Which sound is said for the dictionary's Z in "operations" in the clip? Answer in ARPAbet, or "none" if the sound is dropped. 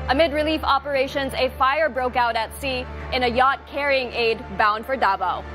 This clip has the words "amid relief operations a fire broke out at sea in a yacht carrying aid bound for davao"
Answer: Z